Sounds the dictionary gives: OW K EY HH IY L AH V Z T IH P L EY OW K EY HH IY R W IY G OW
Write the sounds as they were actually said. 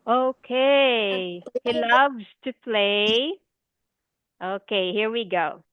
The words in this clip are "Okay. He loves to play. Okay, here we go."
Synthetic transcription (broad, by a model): OW K EY HH IY L AH V Z T IH P L EY OW K EY HH IY R W IY G OW